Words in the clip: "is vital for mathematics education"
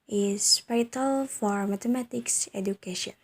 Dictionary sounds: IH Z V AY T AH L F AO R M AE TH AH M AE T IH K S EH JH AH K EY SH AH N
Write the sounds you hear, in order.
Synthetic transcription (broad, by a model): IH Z P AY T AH L F AO R M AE T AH M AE T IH K S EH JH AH K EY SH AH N